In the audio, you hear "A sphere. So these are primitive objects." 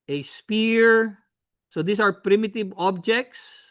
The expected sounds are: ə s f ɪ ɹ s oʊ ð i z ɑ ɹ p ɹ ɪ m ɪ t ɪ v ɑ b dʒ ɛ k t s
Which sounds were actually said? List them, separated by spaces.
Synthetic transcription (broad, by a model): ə s p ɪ ɹ s oʊ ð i s ɑ ɹ p ɹ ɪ m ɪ t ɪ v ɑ b dʒ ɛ k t s